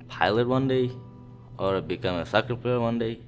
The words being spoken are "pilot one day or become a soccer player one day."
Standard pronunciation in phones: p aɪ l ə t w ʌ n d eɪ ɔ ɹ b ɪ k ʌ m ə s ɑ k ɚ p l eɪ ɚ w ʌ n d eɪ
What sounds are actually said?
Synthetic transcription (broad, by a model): p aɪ l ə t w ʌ n d eɪ ɔ ɹ b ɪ k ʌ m ə s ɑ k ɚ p eɪ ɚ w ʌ n d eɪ